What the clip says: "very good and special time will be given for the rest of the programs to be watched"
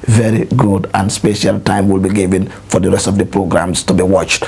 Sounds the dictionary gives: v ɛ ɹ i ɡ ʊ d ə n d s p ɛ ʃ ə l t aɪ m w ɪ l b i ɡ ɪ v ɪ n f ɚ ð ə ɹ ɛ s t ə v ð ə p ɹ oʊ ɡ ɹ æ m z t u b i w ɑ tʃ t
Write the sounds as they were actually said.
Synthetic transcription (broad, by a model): v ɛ ɹ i ɡ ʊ d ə n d s p ɛ ʃ ə l t aɪ m w ɪ l b i ɡ ɪ v ɪ n f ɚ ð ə ɹ ɛ s t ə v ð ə p ɹ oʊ ɡ ɹ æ m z t u b i w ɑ tʃ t